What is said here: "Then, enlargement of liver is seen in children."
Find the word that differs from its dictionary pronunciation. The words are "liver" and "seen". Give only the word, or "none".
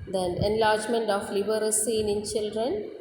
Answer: liver